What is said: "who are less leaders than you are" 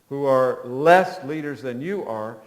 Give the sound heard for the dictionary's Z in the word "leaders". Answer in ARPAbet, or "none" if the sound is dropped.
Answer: Z